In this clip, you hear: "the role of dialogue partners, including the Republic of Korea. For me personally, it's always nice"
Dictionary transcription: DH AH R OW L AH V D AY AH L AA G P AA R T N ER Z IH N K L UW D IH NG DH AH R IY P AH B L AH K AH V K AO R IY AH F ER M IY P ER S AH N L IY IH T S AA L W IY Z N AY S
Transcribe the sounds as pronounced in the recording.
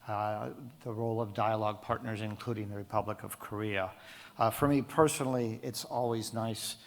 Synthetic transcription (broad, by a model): DH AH R OW L AH V D AY AH L AA G P AA R T N ER Z IH N K L UW D IH NG DH AH R IY P AH B L AH K AH V K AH R IY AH F ER M IY P ER S AH N L IY IH T S AA L W IY Z N AY S